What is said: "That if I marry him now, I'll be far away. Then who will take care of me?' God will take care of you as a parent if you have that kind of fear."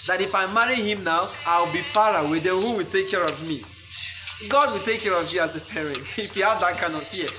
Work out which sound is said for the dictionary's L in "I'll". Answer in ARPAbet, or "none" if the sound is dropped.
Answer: W